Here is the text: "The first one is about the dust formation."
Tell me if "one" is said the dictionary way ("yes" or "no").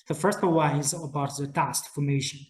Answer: no